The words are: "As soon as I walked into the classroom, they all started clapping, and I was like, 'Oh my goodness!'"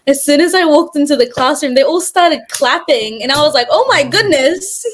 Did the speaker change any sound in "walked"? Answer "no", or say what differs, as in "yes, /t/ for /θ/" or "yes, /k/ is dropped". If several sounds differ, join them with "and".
no